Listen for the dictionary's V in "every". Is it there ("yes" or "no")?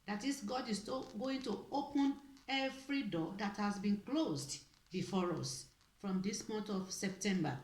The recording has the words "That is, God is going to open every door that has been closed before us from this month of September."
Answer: no